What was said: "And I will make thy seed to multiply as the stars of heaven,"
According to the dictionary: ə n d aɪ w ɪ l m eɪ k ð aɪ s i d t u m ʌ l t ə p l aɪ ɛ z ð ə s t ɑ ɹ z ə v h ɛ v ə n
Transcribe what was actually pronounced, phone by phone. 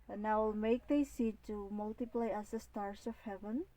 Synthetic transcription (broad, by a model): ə n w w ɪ l m eɪ k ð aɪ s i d t u m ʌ l t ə p l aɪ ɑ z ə s t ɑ ɹ s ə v h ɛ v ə n